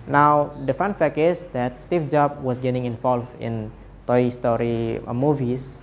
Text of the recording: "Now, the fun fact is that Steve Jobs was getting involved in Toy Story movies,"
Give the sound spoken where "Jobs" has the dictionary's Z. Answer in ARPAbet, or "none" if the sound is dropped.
none